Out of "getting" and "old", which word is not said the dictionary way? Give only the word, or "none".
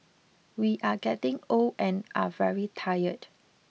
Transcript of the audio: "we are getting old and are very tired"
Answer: old